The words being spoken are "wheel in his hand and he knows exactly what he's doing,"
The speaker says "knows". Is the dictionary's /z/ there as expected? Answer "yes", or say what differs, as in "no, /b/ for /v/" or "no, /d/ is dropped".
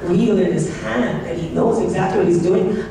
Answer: yes